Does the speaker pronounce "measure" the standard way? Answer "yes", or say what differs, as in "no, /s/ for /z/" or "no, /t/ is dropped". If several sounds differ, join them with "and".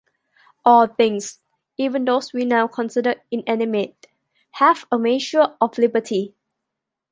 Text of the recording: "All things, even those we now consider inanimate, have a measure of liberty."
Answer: no, /ʃ/ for /ʒ/